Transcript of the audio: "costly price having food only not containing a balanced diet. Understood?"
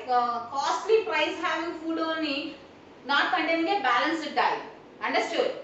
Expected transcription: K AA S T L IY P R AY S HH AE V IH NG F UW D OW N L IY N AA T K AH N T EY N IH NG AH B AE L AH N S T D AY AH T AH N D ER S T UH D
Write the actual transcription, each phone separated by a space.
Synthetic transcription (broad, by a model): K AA S T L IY P R AY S HH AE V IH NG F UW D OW N IY N AA T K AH N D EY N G AH B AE L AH N S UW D AY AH AH N D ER S T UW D